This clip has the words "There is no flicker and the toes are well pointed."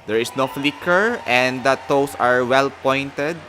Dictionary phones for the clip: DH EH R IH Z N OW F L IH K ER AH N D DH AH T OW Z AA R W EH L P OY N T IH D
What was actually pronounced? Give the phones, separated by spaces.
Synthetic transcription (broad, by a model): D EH R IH S N OW F L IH K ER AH N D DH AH T OW S AA R W EH L P OY N T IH D